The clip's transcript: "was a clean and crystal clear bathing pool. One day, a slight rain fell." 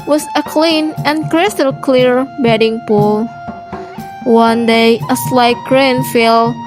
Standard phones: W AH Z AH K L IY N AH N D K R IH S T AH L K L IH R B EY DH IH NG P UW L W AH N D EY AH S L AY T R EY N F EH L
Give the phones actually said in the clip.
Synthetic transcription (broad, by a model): W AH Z AH K L IY N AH N K R IH S T AH L K L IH R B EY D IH NG P UW L W AH N D EY AH S L AY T R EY N F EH L